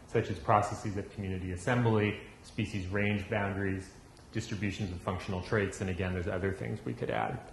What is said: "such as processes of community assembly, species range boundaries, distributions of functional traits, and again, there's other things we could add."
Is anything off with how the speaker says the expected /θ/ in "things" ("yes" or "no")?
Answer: no